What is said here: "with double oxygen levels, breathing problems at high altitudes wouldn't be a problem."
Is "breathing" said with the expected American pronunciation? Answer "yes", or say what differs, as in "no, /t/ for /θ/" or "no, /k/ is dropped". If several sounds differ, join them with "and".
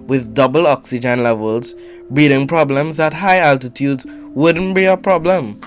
no, /ɹ/ is dropped